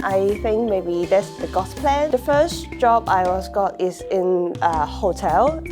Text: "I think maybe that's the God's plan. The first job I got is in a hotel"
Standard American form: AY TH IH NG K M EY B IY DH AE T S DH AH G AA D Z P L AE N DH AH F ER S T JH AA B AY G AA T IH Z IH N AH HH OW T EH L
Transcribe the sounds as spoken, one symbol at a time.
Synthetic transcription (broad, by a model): AY TH IH NG K M EY B IY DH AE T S DH AH G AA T P L AE N DH AH F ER S JH AA B AY G AA T IH Z IH N AH HH OW T EH L